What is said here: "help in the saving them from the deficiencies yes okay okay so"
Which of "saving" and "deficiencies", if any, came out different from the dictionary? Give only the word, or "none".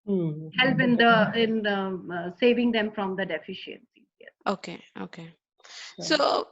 deficiencies